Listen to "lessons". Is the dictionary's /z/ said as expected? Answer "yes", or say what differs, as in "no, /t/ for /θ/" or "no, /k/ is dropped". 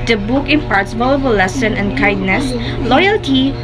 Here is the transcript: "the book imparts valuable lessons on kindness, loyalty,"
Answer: no, /z/ is dropped